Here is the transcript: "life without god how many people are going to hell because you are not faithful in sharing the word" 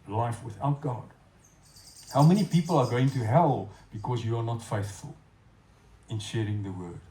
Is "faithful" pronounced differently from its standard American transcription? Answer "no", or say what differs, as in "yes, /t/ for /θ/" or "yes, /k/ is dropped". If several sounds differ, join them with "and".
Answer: no